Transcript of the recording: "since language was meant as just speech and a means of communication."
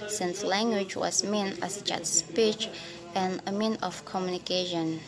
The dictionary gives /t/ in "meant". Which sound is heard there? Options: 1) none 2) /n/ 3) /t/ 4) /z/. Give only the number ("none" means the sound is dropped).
1